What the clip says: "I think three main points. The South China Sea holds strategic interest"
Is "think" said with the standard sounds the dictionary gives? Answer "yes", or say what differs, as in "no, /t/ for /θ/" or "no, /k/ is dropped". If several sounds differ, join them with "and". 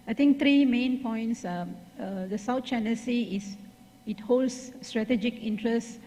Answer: no, /t/ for /θ/